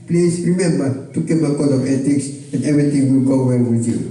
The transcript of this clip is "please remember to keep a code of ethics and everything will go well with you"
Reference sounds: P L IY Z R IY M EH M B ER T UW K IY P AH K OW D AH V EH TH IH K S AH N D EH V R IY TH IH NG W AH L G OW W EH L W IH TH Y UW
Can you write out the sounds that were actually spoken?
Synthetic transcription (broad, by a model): P L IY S R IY M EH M B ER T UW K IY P AH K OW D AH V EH T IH K S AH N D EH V R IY T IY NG W AH L G OW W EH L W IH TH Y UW